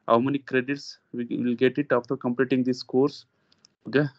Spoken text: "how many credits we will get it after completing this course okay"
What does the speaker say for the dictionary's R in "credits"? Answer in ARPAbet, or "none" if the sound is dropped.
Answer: R